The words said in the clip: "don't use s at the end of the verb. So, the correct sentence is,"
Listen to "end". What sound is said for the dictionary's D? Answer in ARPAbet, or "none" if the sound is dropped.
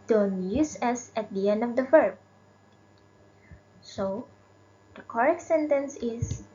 D